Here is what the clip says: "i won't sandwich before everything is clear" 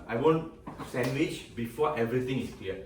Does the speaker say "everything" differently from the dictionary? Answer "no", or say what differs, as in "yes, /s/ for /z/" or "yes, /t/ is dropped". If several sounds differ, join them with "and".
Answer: yes, /t/ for /θ/